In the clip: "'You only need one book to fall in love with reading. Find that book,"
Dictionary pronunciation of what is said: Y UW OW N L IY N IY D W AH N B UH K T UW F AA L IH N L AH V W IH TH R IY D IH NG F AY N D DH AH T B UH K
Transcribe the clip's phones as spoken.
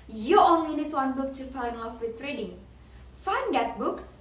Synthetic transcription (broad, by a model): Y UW OW N L IY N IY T W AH N B UH K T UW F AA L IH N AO F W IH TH R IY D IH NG F AY N D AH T B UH K